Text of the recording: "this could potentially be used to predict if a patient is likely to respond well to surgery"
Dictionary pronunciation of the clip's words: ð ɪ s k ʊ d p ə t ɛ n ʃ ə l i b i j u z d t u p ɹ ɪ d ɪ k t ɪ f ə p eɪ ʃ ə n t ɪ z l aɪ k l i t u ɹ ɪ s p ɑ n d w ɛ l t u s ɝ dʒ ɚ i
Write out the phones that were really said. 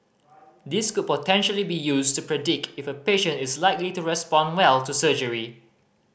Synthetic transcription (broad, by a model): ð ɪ s k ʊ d p ə t ɛ n ʃ ə l i b i j u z t u p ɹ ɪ d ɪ k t ɪ f ə p eɪ ʃ ə n t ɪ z l aɪ k l i t u ɹ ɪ s p ɑ n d w ɛ l t u s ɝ dʒ ɚ i